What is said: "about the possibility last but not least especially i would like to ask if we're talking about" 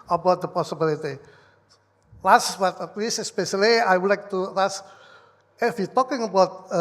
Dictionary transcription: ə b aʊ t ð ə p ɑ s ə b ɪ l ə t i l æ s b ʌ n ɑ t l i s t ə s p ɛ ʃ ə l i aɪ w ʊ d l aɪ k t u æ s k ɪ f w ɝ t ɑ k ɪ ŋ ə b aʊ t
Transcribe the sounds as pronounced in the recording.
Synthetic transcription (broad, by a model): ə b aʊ t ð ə p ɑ s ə b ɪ l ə t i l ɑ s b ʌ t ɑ t l i s t ə s p ɛ ʃ ə l i aɪ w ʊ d l aɪ k t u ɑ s ɪ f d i t ɑ k ɪ ŋ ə b aʊ t